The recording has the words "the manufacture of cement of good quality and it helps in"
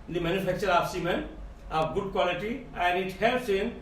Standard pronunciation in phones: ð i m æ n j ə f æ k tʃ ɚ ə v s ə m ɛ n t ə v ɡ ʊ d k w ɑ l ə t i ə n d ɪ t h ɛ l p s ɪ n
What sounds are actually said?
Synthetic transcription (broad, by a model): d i m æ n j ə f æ k tʃ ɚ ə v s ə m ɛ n ə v ɡ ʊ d k w ɑ l ə t i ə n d ɪ t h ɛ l s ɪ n